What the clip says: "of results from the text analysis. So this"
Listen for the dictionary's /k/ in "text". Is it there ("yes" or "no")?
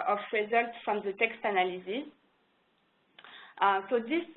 yes